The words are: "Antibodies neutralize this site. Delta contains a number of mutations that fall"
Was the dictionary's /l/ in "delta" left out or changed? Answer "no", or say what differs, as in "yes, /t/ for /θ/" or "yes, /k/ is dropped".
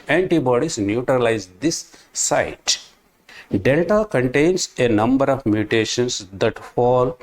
no